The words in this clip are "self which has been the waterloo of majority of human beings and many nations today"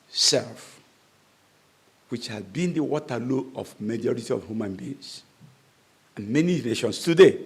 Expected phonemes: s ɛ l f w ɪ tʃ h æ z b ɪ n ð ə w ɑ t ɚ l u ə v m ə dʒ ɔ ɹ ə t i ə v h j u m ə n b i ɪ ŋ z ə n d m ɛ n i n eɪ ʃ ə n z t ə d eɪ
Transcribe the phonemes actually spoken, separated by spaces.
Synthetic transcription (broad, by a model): s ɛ l f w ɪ tʃ h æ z b ɪ n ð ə w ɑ t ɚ l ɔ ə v m ə dʒ ɔ ɹ ə t i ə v h j u m ə n b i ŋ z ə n m ɛ n i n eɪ ʃ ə n s t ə d eɪ